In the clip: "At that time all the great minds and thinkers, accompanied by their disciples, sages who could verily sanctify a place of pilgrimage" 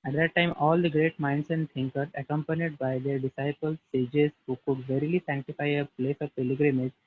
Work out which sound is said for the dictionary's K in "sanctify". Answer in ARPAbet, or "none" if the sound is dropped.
K